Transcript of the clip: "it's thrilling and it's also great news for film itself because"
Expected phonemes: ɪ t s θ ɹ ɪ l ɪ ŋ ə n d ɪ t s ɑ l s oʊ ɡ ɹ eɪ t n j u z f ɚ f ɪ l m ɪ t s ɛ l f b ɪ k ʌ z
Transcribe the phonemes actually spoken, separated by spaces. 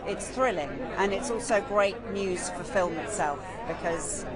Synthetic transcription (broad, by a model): ɪ t s θ ɹ ɪ l ɪ ŋ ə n ɪ t s ɑ l s oʊ ɡ ɹ eɪ t n j u z f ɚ f ɪ l m ɪ t s ɛ l f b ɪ k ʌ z